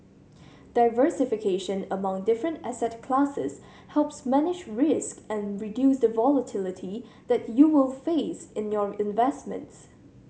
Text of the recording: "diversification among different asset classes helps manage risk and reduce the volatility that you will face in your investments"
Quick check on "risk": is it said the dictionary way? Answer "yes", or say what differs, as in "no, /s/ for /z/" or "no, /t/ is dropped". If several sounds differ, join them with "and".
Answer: yes